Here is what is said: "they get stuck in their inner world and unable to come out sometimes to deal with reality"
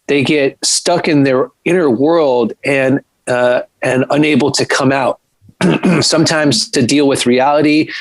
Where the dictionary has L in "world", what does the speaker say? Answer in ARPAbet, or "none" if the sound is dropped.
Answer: L